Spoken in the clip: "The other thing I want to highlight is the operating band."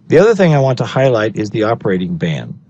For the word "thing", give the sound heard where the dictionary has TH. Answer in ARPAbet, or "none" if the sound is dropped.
TH